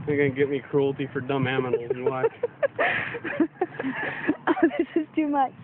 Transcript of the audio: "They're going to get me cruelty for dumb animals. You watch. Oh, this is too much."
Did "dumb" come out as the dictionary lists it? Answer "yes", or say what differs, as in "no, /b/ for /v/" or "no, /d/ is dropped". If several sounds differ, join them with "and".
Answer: yes